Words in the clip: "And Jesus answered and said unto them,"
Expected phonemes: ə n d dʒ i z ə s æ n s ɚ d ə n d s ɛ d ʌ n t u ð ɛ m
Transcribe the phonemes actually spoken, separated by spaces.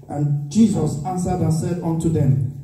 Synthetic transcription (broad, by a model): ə n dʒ i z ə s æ n s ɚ d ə n s ɛ d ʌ n t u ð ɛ m